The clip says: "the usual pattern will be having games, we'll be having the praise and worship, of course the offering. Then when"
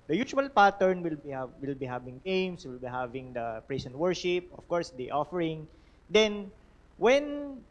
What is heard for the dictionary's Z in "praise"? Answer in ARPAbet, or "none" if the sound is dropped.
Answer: S